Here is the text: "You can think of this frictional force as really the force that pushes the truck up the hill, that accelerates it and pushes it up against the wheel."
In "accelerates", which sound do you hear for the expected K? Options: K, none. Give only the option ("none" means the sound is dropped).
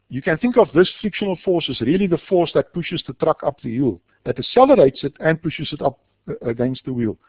none